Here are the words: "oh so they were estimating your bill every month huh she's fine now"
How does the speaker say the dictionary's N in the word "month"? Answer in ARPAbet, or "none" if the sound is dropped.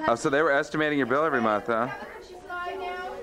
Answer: N